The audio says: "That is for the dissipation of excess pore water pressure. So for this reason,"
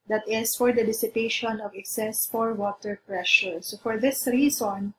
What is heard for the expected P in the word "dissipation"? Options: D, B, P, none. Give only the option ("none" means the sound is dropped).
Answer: P